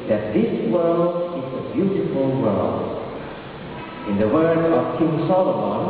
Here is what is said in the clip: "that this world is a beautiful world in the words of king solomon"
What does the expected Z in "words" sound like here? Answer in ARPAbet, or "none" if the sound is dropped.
none